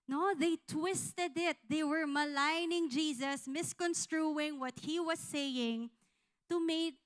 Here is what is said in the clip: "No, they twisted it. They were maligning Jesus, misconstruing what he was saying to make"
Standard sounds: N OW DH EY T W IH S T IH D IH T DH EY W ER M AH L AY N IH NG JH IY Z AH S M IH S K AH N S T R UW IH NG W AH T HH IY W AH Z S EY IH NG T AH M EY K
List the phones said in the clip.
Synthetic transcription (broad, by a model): N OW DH EY T W IH S T IH D IH T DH EY W ER M AH L AY N IH NG JH IY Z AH S M IH S K AH N S T R UW IH NG W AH T HH IY W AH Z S EY IH NG T AH M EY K